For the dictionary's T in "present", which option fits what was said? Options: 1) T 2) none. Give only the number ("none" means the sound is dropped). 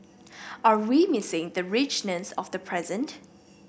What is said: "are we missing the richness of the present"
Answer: 1